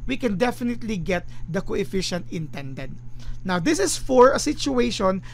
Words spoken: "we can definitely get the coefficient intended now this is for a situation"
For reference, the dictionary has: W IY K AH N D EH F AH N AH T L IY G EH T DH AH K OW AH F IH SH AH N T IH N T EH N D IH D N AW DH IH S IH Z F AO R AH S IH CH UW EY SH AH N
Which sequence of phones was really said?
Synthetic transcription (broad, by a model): W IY K AH N D EH F AH N AH T L IY G EH T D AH K OW AH F IH SH AH N T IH N T EH N D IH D N AW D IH S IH S F AO R AH S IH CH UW EY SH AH N